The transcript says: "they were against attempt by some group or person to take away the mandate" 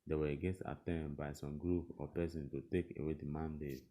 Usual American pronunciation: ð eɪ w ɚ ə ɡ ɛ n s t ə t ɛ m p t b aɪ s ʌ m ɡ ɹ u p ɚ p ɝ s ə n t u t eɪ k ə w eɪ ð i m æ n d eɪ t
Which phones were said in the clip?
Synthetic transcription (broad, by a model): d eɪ w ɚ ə ɡ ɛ s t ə t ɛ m b aɪ s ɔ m ɡ ɹ u p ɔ p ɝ s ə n t u t eɪ k ə w eɪ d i m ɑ n d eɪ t